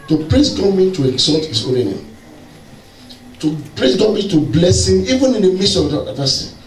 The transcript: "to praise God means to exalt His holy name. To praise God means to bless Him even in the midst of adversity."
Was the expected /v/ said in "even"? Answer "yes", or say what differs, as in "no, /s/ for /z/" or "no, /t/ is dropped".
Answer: yes